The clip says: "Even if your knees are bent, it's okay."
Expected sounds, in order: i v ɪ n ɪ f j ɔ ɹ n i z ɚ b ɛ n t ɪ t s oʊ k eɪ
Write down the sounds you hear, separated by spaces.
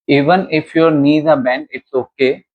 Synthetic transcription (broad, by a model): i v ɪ n ɪ f j ɔ ɹ n i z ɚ b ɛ n ɪ t s oʊ k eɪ